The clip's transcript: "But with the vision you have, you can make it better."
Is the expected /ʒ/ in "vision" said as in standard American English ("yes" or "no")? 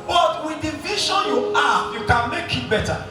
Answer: no